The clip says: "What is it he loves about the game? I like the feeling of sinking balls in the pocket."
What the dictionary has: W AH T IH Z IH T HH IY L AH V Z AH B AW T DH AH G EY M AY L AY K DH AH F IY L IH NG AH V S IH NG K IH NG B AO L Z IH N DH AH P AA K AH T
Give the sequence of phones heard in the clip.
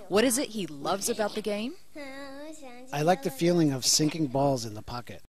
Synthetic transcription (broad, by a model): W AH T IH Z IH T HH IY L AH V Z AH B AW T DH AH G EY M AY L AY K DH AH F IY L IH NG AH V S IH NG K IH NG B AO L Z IH N DH AH P AA K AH T